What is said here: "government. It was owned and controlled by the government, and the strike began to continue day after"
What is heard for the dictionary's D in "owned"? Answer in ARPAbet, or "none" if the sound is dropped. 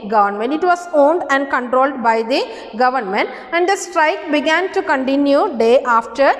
D